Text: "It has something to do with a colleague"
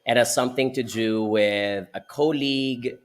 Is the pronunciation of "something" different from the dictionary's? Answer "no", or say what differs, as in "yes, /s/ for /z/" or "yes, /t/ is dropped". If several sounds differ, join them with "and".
no